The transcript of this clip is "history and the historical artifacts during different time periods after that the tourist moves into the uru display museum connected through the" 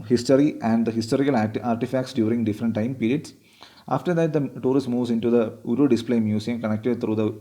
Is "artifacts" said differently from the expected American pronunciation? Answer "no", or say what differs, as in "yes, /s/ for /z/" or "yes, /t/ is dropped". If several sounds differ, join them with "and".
no